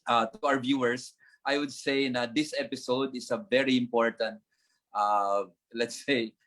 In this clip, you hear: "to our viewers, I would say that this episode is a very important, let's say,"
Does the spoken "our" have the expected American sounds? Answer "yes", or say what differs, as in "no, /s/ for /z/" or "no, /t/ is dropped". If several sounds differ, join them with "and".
no, /w/ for /ɹ/